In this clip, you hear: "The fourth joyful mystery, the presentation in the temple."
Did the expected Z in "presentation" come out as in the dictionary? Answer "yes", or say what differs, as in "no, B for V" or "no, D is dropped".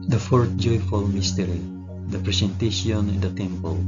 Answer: no, S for Z